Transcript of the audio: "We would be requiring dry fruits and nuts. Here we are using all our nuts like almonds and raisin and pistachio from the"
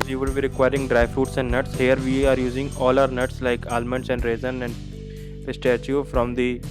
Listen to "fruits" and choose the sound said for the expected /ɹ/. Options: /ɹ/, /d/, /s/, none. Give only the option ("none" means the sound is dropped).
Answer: none